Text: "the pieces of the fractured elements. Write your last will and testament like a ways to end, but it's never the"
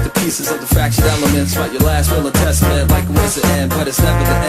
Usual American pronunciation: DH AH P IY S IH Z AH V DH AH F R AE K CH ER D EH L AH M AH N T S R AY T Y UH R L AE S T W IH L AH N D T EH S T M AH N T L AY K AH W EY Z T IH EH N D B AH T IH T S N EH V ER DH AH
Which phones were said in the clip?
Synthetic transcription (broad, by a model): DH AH P IY S IH Z AH V DH AH F R AE K SH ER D EH L AH M AH N T S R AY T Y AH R L AE S T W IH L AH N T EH S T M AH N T L AY K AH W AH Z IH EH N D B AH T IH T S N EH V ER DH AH